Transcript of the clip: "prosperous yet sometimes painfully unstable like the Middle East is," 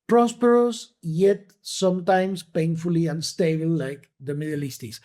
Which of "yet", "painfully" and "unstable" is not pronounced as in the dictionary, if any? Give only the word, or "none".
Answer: unstable